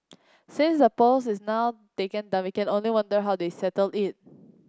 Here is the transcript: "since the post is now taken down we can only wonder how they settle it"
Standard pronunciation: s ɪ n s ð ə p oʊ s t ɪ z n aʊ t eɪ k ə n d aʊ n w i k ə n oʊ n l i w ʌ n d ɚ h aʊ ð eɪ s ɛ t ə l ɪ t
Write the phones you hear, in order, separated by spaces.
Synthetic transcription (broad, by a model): s ɪ n s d ə p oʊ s ɪ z n aʊ t eɪ k ə n d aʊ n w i k ə n oʊ n l i w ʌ n d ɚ h aʊ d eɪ s ɛ t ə l ɪ t